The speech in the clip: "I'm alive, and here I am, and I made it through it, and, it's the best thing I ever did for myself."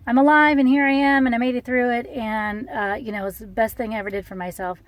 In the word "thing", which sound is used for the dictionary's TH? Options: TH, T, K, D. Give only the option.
TH